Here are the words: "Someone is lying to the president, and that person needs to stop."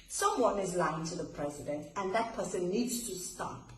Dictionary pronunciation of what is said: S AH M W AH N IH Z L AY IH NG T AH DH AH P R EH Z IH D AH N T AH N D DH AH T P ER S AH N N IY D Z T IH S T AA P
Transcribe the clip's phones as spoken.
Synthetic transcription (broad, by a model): S AH M W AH N IH Z L AY IH NG T AH DH AH P R EH Z IH D AH N T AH N DH AH T P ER S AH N N IY D Z T IH S T AA P